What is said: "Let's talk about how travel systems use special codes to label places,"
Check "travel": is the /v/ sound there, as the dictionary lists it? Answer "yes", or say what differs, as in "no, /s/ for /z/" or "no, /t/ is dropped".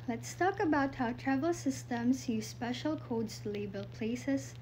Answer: yes